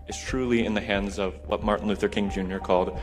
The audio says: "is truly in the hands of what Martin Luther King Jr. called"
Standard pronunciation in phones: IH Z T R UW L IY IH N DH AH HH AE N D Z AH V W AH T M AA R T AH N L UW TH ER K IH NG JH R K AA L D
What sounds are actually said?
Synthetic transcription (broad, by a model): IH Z T R UW L IY IH N DH AH HH AE N D Z AH V W AH T M AA R T N L UW TH ER K IH NG JH R K AA L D